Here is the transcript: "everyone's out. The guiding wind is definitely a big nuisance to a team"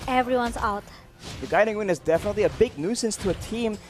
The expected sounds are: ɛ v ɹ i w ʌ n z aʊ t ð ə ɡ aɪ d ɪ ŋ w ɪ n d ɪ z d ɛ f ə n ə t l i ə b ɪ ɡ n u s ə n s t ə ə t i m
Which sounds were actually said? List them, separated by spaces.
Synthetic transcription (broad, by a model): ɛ v ɹ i w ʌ n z aʊ t ð ə ɡ aɪ d ɪ ŋ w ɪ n ɪ z d ɛ f ə n ə t l i ə b ɪ ɡ n u s ə n s t ə ə t i m